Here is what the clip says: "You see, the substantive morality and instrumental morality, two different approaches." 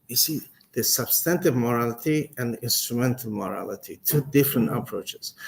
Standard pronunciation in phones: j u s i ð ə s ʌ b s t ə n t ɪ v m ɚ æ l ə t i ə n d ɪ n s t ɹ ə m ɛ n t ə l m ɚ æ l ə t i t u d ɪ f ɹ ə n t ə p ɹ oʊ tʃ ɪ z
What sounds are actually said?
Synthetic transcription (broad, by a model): j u s i ð ə s ʌ b s t ə n t ɪ v m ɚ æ l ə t i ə n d ɪ n s t ɹ ə m ɛ n t ə l m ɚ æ l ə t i t u d ɪ f ɹ ə n t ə p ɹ oʊ tʃ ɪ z